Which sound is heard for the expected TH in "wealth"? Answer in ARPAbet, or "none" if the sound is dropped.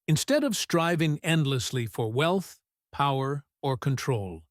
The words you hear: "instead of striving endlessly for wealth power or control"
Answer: TH